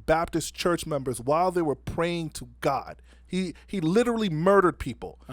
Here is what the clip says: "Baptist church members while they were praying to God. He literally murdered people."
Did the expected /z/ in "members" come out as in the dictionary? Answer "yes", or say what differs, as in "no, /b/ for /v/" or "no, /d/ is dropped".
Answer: yes